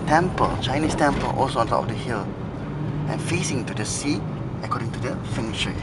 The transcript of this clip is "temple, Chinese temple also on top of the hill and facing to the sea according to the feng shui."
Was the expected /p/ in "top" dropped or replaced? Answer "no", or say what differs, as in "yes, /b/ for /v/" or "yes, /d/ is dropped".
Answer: yes, /p/ is dropped